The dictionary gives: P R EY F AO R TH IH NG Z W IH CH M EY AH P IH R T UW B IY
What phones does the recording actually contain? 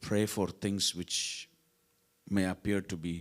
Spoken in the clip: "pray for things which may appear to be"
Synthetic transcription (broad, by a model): P R EY F AO R T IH NG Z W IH CH M EY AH P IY R T UW B IY